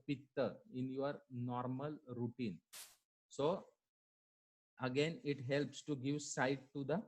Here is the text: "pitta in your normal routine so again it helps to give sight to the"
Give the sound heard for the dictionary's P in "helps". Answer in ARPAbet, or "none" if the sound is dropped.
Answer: P